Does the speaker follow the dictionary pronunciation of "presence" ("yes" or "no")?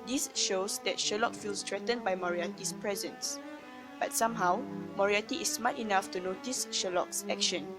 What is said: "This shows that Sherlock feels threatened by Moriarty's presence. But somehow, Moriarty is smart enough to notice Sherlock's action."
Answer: yes